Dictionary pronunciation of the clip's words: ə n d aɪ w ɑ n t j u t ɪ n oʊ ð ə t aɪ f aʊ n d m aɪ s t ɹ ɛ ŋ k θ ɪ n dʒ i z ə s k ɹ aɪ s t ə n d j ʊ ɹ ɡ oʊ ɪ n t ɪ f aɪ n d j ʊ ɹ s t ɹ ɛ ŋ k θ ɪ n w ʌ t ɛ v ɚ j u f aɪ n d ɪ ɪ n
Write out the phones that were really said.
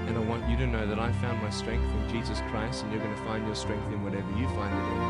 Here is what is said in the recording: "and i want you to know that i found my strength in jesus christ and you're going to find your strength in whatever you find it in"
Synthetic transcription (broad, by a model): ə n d aɪ w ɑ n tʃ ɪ t ɪ n oʊ ð ə t aɪ f aʊ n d m aɪ s t ɹ ɛ ŋ k θ ɪ n dʒ i z ə s k ɹ aɪ s t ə n j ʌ ɹ ɡ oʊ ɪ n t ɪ f aɪ n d j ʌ ɹ s t ɹ ɛ ŋ k θ ɪ n w ʌ t ɛ v ɚ j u f aɪ n d ɪ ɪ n